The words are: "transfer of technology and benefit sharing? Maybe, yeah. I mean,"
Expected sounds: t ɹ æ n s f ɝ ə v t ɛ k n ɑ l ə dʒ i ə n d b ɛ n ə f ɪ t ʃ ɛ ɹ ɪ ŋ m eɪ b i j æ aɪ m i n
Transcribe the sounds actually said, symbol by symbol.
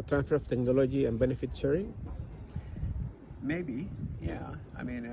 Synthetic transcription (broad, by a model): t ɹ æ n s f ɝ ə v t ɛ k n ɑ l ə dʒ i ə n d b ɛ n ə f ɪ t s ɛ ɹ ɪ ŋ m eɪ b i j æ aɪ m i n